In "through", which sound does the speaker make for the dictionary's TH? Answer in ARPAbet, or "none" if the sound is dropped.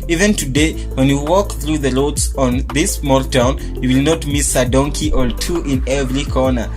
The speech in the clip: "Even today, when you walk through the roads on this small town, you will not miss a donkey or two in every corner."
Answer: TH